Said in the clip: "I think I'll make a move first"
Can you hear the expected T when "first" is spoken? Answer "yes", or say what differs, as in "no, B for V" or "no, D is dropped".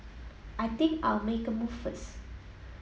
no, T is dropped